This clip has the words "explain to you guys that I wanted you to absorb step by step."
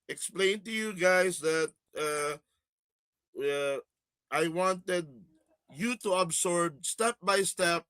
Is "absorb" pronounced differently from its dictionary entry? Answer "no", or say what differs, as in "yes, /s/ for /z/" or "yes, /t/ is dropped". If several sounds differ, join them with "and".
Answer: yes, /s/ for /z/